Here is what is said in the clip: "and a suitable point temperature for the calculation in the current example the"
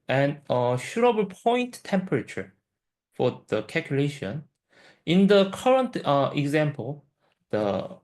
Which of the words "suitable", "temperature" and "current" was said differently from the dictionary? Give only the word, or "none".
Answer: suitable